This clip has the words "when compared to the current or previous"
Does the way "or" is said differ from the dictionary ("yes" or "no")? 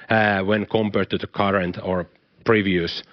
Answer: no